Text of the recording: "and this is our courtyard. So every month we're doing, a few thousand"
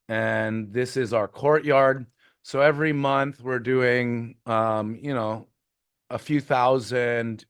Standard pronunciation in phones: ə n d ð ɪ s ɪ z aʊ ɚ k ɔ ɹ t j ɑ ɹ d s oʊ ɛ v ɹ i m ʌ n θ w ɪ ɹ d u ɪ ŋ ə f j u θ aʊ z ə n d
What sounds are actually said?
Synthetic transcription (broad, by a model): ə n ð ɪ s ɪ z aʊ ɚ k ɔ ɹ t j ɑ ɹ d s oʊ ɛ v ɹ i m ʌ n θ w ɪ ɹ d u ɪ ŋ ə f j u θ aʊ z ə n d